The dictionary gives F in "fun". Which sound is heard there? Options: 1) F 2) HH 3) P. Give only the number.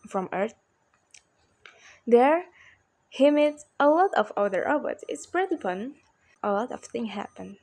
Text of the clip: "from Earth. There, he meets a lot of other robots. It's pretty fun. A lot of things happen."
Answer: 3